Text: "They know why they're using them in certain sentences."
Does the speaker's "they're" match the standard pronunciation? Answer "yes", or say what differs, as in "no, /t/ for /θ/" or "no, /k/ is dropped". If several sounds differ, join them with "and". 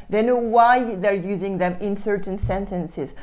yes